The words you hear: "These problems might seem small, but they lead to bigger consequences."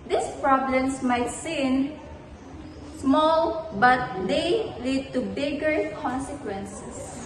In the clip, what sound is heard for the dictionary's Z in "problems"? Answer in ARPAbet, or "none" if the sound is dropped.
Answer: S